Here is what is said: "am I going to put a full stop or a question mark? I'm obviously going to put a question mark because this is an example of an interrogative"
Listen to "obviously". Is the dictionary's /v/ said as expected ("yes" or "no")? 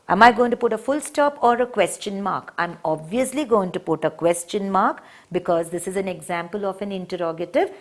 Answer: yes